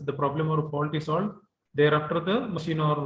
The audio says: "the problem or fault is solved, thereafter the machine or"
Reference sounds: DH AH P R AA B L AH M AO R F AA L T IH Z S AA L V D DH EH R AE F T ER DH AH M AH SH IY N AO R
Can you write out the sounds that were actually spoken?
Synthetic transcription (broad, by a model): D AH P R AA B L AH M AO R P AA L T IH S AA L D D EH R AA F T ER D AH M AH SH IY N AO R